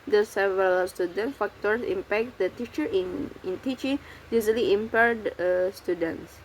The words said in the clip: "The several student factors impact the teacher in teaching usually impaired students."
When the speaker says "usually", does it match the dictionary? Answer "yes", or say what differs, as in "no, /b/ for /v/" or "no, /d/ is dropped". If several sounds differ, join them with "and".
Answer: no, /z/ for /ʒ/